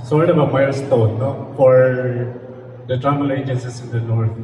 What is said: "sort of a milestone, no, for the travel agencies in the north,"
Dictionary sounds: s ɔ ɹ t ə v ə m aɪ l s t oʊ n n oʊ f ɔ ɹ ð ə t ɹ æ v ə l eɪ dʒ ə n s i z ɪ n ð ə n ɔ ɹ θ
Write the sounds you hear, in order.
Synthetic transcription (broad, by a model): s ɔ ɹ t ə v ə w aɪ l s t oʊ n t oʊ f ɔ ɹ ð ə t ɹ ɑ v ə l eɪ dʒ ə n s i s ɪ n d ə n ɔ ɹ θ